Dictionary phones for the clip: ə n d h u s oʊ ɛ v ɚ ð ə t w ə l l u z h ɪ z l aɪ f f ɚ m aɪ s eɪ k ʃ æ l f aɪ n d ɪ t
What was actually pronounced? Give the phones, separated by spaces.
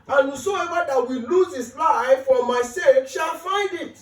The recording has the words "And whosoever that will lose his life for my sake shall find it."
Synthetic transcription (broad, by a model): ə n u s oʊ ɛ v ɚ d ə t w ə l l u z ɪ s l aɪ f f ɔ m aɪ s eɪ k ʃ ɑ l f aɪ n d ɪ t